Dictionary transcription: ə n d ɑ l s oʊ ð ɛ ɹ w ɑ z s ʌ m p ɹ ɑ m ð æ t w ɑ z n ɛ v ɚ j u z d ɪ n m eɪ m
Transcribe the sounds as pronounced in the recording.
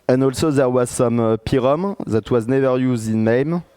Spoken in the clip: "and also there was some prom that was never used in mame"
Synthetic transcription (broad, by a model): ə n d ɑ l s oʊ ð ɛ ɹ w ɑ z s ʌ m p ɹ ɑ m ð æ t w ɑ z n ɛ v ɚ j u z d ɪ n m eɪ m